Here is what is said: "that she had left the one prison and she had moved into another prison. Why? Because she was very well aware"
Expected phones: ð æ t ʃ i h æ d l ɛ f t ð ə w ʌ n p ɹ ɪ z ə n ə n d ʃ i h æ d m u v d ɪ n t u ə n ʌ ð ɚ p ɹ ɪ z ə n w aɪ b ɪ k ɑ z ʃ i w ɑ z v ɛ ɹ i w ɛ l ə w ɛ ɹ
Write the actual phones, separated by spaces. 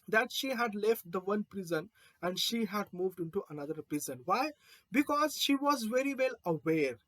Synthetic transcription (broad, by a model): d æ t ʃ i h æ d l ɛ f t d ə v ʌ n p ɹ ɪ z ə n ə n d ʃ i h æ d m u v d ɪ n t u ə n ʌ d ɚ p ɹ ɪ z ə n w aɪ b ɪ k ɑ z ʃ i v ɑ z v ɛ ɹ i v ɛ l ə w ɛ ɹ